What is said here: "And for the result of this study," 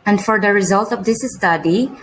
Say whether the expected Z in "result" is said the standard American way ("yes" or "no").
yes